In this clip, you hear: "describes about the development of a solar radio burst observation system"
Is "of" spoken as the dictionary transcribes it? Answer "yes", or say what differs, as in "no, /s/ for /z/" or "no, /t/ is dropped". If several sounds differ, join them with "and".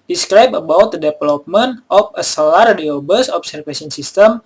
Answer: no, /p/ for /v/